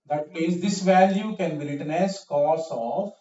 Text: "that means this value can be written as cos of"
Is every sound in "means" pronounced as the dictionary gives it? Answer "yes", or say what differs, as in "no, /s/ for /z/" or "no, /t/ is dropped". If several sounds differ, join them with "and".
no, /n/ is dropped